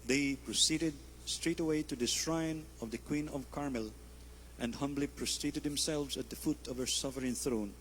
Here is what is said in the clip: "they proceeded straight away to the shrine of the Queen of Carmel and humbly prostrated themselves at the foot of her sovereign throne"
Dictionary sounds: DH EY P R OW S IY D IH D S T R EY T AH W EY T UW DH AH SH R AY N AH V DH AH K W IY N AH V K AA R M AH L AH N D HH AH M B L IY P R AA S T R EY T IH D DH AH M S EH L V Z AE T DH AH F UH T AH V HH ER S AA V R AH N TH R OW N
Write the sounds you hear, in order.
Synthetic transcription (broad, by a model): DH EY P R OW S IY D IH D S T R EY T AH W EY T UW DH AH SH R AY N AH V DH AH K W IY N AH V K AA R M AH L AH N D HH AH M B L IY P R AA S T R EY T IH D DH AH M S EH L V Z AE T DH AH F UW T AH V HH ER S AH F R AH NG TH R OW N